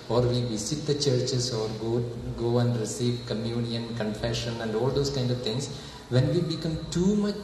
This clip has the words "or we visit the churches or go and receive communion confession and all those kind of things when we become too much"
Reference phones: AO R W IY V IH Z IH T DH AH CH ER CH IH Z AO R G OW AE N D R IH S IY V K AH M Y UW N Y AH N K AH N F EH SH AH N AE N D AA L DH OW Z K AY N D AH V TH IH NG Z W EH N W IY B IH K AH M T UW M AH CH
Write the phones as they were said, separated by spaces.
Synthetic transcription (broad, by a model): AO R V IY V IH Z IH T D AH CH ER CH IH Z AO R G OW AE N D R IH S IY V K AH M Y UW N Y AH N K AH N F EH SH AH N AE N D AA L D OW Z K AY N D AH V T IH NG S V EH N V IY B IH K AH M T UW M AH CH